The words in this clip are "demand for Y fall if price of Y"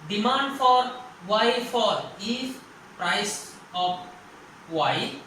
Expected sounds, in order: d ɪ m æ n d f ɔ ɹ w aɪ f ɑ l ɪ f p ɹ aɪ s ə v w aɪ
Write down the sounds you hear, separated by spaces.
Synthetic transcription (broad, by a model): d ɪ m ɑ n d f ɔ ɹ w aɪ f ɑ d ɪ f p ɹ aɪ s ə p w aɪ